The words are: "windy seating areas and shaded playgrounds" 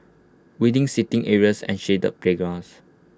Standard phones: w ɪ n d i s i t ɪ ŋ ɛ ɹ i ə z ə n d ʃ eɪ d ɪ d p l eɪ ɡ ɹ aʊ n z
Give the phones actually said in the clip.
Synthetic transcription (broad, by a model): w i d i s i t ɪ ŋ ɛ ɹ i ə s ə n ʃ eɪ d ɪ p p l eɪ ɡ ɹ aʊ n s